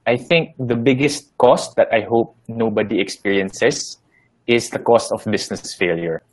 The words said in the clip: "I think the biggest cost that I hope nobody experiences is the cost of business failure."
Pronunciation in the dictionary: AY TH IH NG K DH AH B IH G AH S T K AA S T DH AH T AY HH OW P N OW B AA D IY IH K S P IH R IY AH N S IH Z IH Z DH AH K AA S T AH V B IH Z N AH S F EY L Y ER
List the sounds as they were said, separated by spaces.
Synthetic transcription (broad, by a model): AY TH IH NG K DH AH B IH G AH S T K AA S T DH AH T AY HH OW P N OW B AA D IY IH K S P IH R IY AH N S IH S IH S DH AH K AA S T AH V B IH S N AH S F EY L Y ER